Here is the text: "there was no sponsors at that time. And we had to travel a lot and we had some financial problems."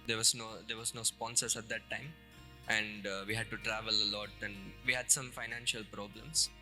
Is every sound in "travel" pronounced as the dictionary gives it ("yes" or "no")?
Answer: yes